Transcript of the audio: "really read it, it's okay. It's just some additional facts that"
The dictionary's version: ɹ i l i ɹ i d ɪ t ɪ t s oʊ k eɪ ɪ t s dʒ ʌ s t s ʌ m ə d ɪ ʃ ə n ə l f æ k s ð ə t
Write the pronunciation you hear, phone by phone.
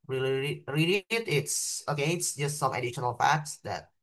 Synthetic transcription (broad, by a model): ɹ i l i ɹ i ɪ t ɪ t s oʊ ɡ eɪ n s dʒ ʌ s t s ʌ m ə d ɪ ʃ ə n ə l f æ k s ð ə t